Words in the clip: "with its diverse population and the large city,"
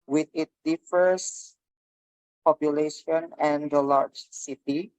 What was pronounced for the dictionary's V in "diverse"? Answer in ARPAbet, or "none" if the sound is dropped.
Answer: F